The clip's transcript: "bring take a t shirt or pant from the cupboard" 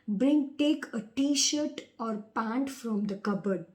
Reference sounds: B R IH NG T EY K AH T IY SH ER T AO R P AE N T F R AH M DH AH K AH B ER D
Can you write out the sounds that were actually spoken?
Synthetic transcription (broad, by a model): B R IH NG T EY K AH T IY SH ER T AO R P AE N T F R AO M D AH K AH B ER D